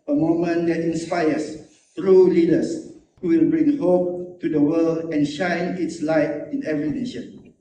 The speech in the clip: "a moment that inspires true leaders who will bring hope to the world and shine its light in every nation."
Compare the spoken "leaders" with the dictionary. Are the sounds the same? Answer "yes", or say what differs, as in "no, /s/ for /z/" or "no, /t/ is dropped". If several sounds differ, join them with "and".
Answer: no, /s/ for /z/